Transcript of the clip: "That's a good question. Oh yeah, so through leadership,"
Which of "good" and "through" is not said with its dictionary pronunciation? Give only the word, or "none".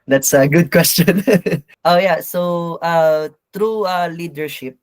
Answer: through